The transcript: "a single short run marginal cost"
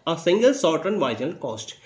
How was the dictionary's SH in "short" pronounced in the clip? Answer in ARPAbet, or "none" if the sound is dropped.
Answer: S